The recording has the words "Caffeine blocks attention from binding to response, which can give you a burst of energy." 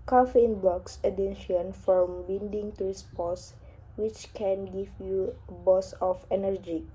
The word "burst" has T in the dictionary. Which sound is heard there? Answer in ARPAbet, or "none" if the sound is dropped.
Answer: none